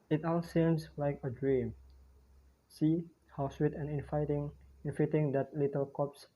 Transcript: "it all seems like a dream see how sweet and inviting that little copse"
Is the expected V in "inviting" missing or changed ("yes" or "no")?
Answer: yes